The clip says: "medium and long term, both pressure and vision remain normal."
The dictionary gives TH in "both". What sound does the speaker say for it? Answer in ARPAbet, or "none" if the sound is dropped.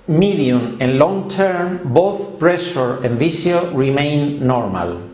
TH